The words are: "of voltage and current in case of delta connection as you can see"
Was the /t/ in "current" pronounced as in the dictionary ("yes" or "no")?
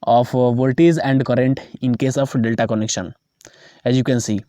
yes